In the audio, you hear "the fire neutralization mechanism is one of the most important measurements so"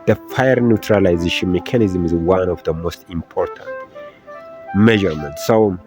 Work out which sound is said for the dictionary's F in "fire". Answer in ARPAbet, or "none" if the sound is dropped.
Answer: F